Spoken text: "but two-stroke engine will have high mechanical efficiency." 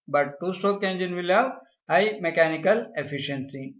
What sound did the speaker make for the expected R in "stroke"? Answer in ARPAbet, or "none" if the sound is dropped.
none